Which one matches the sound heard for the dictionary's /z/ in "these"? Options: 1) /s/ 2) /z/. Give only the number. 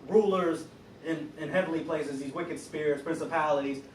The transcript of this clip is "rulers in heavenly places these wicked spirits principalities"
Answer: 2